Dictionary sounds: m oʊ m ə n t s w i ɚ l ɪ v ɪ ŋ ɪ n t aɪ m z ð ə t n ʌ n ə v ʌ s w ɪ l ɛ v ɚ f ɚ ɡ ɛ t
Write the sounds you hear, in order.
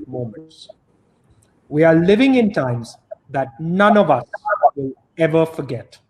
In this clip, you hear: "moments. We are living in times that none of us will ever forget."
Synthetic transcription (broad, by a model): m oʊ m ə n t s w i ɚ l ɪ v ɪ ŋ ɪ n t aɪ m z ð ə t n ʌ n ə v ʌ s w ɪ l ɛ v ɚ f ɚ ɡ ɛ t